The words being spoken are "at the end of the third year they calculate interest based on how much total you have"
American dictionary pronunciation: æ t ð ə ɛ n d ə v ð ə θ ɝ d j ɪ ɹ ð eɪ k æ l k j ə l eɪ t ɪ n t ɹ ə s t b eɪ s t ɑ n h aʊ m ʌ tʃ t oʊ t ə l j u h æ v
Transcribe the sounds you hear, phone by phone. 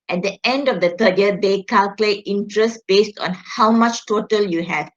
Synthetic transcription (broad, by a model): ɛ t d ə ɛ n d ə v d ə t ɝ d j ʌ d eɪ k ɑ l k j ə l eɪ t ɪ n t ɹ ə s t b eɪ s t ɑ n h aʊ m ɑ tʃ t oʊ t ə l j u h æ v